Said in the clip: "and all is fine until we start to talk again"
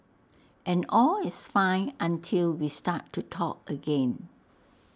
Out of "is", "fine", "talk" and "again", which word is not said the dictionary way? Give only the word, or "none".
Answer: is